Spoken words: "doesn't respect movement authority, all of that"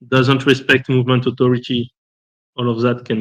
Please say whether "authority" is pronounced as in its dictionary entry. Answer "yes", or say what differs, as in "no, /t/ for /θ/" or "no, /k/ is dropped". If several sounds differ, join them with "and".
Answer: no, /t/ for /θ/